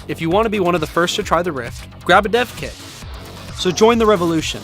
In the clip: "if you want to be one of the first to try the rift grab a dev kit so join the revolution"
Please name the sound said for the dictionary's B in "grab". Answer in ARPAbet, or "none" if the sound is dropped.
B